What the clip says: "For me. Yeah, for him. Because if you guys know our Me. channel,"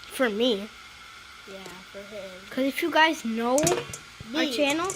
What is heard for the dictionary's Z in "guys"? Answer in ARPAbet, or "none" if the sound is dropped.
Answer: Z